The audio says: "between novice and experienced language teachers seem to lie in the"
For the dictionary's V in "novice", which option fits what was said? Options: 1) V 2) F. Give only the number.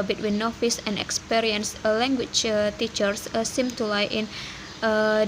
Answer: 2